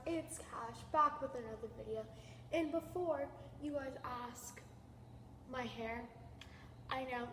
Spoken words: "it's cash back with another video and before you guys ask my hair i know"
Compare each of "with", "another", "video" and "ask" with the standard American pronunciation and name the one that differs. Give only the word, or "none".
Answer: none